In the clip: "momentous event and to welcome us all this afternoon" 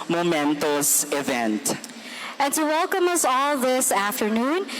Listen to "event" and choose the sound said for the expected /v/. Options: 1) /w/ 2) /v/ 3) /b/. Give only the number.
2